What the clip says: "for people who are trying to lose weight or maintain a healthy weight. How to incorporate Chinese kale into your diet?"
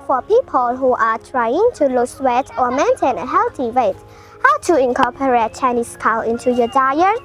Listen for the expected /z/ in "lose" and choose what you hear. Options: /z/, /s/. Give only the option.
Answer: /s/